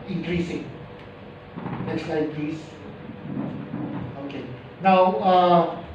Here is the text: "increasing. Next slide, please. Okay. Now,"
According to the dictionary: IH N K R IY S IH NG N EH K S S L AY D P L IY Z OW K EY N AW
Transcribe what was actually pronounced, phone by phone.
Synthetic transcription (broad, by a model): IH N K R IY S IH NG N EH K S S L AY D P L IY S OW K EY N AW